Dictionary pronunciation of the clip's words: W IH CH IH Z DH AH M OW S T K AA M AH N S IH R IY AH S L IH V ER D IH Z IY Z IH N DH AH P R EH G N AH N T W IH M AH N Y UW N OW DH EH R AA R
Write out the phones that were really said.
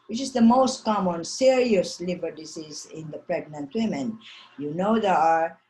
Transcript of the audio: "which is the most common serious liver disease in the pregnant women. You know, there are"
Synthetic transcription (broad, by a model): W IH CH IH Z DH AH M OW S T K AA M AH N S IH R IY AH S L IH B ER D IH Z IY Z IH N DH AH P R EH G N AH N T W IH M AH N Y UW N OW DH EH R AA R